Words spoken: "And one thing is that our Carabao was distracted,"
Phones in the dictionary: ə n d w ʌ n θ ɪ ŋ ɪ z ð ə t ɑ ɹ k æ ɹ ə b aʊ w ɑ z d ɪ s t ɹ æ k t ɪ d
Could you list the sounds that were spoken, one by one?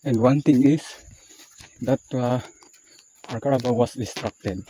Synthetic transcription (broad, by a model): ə n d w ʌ n t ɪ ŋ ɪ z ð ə t ɑ ɹ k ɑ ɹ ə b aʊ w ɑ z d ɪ s t ɹ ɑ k t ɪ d